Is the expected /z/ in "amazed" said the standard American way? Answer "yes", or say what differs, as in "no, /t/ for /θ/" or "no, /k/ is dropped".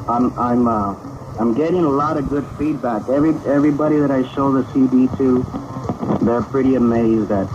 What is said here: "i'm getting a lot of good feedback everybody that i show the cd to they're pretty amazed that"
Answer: yes